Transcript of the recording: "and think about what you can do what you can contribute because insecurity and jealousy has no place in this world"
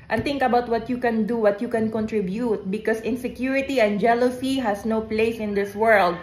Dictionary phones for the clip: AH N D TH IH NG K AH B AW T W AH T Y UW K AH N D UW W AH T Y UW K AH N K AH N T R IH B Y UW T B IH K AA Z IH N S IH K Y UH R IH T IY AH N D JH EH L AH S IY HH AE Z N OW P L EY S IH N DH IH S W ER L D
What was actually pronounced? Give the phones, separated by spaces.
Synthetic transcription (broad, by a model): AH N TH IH NG K AH B AW T W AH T Y UW K AH N D UW W AH T Y UW K AH N K AH N T R IH B Y UW T B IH K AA S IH N S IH K Y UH R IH T IY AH N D JH EH L AH S IY HH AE S N OW P L EY S IH N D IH S W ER L D